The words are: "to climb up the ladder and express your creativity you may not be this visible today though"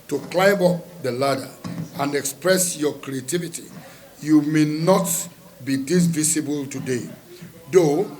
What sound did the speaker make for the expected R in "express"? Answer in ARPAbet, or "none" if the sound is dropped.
R